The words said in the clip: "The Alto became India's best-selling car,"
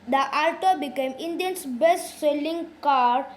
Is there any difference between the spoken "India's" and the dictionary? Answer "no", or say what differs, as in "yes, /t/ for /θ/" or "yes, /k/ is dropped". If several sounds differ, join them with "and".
yes, /s/ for /z/